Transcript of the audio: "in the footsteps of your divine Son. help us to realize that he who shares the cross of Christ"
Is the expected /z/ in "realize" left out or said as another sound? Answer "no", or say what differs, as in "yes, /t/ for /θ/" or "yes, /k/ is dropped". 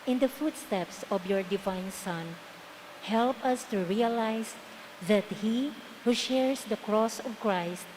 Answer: yes, /s/ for /z/